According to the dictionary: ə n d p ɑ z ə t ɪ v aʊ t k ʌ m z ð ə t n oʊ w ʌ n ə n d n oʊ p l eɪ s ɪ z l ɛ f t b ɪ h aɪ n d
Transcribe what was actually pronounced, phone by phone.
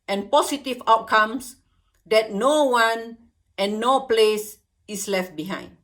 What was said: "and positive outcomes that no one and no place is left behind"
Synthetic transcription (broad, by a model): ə n p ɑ s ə t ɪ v aʊ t k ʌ m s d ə t n oʊ w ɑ n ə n n oʊ p l eɪ s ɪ s l ɛ f t b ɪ h aɪ n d